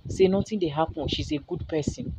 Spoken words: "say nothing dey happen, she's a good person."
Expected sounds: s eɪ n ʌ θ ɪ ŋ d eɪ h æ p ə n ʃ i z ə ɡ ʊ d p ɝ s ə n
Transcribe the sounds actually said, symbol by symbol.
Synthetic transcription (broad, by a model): s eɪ n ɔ t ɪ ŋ d eɪ h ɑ p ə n ʃ i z ə ɡ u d p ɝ s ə n